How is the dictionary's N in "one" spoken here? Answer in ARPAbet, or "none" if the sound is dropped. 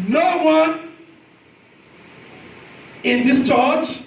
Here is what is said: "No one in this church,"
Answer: N